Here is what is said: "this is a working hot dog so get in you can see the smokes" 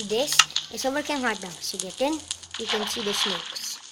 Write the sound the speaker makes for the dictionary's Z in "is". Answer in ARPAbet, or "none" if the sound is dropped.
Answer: S